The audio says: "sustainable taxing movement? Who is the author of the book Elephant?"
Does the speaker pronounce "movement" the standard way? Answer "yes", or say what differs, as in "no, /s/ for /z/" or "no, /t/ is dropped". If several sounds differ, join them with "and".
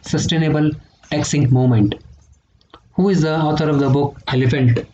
no, /v/ is dropped